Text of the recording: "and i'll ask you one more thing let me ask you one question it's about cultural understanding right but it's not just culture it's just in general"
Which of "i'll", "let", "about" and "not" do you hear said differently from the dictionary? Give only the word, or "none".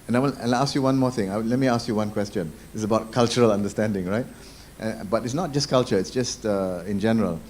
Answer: i'll